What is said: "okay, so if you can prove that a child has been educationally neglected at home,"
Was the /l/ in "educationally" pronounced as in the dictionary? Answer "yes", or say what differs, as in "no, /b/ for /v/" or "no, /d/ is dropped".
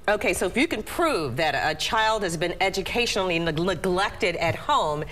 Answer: no, /n/ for /l/